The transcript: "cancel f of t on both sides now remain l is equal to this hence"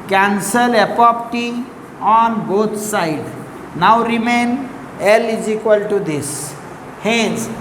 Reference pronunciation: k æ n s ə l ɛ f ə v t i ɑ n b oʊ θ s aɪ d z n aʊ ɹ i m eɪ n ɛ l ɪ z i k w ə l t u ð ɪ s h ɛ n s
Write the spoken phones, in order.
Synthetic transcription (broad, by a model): k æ n s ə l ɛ p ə p t i ɑ n b oʊ t s aɪ d n aʊ ɹ i m eɪ n ɛ l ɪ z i k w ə l t u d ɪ s h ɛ n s